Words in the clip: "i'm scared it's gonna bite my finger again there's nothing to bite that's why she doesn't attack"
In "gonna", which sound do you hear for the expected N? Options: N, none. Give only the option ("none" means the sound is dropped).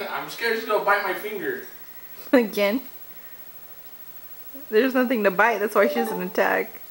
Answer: none